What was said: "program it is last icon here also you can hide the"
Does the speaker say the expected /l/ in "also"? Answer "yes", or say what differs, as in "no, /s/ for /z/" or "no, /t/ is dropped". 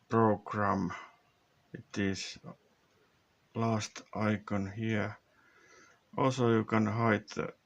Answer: no, /l/ is dropped